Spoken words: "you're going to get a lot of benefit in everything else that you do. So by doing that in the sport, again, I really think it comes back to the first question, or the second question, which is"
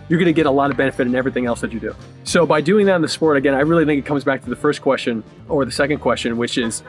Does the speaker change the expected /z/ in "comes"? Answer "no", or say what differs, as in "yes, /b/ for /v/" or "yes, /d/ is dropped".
no